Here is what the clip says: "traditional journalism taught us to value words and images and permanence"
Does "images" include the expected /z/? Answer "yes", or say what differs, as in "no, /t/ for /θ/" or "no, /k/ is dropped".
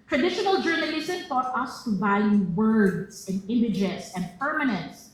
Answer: no, /s/ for /z/